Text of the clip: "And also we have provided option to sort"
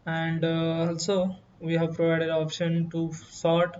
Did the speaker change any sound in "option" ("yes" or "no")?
no